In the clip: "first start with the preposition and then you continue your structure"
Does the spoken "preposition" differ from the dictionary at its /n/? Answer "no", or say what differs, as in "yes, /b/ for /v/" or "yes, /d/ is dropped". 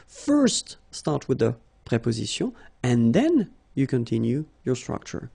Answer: yes, /n/ is dropped